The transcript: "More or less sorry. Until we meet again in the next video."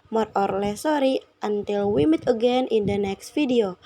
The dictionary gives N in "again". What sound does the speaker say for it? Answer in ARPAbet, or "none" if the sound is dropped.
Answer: N